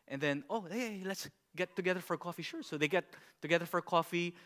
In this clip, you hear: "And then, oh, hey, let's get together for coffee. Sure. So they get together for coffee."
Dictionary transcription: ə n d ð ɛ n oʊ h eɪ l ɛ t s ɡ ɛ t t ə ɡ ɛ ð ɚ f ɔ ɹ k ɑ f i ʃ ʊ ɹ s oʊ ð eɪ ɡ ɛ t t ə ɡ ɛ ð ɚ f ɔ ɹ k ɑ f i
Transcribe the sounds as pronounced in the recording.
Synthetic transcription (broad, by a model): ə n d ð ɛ n oʊ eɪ l ɛ t s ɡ ɛ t t ə ɡ ɛ ð ɚ f ɔ ɹ k ɑ f i ʃ ʊ ɹ s oʊ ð eɪ ɡ ɛ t t ə ɡ ɛ ð ɚ f ɔ ɹ k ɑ f i